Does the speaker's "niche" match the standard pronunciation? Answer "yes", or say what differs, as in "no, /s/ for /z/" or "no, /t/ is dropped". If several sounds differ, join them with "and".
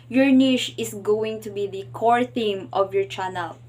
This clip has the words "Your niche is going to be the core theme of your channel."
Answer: no, /ʃ/ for /tʃ/